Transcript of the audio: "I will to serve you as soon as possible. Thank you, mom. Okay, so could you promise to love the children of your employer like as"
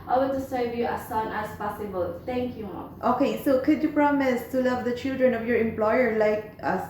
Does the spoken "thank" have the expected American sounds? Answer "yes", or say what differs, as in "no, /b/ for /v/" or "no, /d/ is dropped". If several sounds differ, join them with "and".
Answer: no, /t/ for /θ/